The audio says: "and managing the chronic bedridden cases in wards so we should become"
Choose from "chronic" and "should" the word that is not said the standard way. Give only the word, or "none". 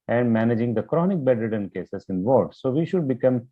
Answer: none